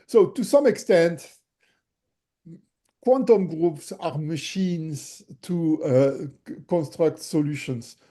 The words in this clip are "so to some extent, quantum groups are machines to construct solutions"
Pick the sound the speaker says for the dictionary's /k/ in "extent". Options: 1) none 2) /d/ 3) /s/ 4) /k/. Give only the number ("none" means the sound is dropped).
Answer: 4